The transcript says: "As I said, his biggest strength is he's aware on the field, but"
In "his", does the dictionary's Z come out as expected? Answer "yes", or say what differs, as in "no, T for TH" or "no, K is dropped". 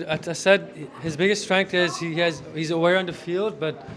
yes